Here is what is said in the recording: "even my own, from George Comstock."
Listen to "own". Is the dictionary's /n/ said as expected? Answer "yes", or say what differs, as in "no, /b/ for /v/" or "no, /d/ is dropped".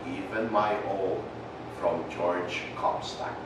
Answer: no, /l/ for /n/